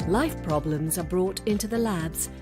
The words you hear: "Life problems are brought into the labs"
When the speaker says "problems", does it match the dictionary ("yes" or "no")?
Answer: yes